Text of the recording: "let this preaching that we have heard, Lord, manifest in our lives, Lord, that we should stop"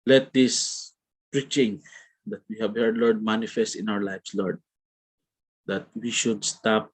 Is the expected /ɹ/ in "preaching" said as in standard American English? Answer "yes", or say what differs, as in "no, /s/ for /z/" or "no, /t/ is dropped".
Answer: yes